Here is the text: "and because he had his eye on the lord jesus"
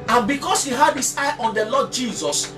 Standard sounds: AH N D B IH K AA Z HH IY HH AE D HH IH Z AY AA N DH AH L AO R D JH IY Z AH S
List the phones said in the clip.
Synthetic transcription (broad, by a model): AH N B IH K AA S HH IY HH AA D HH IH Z AY AA N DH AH L AO D JH IY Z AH S